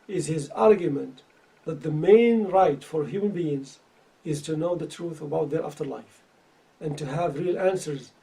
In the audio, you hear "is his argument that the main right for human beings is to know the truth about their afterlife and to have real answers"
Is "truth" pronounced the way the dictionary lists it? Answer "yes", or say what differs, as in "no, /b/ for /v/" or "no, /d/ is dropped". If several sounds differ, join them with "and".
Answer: yes